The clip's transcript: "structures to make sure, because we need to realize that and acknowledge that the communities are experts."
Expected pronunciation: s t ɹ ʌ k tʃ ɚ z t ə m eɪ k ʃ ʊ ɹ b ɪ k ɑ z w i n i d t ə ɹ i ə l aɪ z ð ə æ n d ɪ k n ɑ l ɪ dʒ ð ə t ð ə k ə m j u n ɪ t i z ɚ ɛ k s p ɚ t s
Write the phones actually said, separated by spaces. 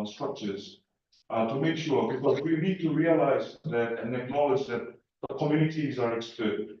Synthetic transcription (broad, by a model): s t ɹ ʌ k tʃ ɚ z t ə m eɪ k ʃ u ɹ b ɪ k ɑ z w i n i d t ə ɹ i ə l aɪ z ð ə n ɪ k n ɑ l ɪ dʒ ð ə t ð ə k ə m j u n ɪ t i z ɚ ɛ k s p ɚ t